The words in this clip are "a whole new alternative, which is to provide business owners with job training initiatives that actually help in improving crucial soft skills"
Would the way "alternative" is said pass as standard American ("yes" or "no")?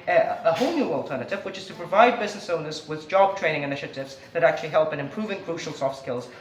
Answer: yes